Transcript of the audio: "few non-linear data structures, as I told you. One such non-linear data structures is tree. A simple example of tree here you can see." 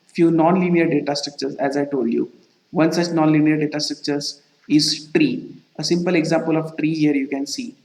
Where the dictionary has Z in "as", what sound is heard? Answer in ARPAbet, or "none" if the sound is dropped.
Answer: Z